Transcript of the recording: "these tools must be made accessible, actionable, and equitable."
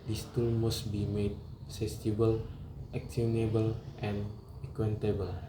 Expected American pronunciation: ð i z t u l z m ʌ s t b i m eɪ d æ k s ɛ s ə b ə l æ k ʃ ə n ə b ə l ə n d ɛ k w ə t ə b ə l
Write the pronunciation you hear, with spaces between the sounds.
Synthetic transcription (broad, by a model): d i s t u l m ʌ s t b i m eɪ d s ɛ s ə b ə l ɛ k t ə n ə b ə l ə n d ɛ k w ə t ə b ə l